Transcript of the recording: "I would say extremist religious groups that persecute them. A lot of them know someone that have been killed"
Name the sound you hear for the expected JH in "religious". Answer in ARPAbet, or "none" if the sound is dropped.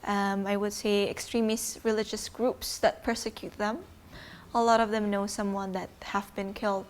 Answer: JH